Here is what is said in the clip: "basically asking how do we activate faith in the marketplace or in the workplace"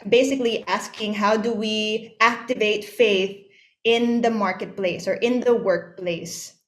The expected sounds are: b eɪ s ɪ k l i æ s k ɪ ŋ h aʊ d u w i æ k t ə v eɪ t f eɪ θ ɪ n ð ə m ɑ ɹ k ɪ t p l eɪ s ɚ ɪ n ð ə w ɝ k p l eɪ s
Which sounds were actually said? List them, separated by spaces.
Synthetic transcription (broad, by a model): b eɪ s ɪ k l i æ s k ɪ ŋ h aʊ d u w i æ k t ə v eɪ t f eɪ θ ɪ n ð ə m ɑ ɹ k ɪ t p l eɪ s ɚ ɪ n ð ə w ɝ k p l eɪ s